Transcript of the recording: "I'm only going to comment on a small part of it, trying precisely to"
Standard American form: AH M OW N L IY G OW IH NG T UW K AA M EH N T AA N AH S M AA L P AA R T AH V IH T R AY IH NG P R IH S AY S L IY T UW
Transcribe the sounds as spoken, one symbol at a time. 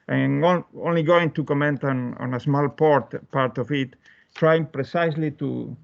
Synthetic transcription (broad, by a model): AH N OW N L IY G OW IH NG T UW K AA M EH N T AA N AH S M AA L P AA R T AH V IH T R AY IH NG P R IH S AY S L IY T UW